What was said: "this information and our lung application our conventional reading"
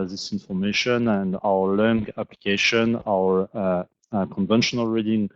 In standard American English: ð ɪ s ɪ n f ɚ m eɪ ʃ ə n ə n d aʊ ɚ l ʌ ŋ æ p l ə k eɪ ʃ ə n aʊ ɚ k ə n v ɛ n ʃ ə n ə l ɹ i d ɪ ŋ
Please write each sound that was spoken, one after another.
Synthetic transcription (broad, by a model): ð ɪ s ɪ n f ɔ m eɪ ʃ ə n ə n d aʊ ɚ l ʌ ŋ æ p l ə k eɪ ʃ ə n aʊ ɚ k ə n v ɛ n ʃ ə n ə l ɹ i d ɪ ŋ